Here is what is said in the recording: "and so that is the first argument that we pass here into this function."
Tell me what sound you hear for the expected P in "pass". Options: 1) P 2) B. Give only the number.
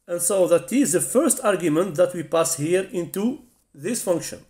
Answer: 1